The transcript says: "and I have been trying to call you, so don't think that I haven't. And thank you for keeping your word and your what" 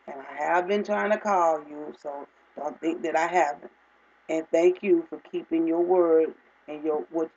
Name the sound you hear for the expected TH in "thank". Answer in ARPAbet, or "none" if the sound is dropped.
TH